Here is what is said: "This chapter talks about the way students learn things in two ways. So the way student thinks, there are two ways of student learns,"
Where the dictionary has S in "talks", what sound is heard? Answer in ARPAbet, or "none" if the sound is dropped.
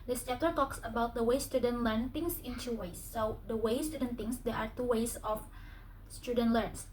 S